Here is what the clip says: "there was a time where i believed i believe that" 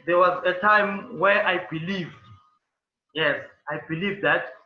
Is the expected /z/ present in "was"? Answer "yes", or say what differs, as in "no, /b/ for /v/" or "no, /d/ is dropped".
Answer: yes